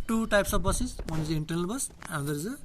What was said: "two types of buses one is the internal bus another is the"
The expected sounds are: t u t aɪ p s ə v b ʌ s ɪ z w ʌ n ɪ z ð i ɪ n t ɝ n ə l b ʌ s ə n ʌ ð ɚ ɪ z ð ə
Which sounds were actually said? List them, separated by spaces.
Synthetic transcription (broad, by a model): t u t aɪ p s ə b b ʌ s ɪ s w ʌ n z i ɪ n t ɝ n ə l b ʌ s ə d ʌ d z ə